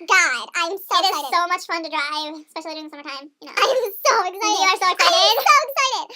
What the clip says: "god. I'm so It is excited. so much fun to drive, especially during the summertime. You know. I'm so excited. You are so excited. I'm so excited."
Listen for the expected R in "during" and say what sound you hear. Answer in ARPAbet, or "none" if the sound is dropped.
none